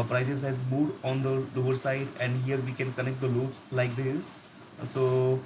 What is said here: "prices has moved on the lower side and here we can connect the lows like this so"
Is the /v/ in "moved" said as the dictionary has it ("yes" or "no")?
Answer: no